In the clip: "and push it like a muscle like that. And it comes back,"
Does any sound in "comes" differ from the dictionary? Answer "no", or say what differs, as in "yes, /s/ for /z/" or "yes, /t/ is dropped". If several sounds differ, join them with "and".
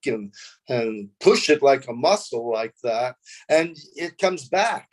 no